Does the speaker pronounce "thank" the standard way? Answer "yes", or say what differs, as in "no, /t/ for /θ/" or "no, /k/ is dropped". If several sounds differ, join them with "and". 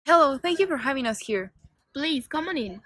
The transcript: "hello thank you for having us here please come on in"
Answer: yes